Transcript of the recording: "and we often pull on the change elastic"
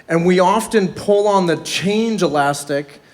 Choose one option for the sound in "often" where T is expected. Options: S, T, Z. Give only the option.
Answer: T